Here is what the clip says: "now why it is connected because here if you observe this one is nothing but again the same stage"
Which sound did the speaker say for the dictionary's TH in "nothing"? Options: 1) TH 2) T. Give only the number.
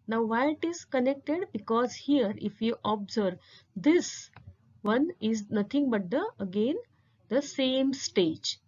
2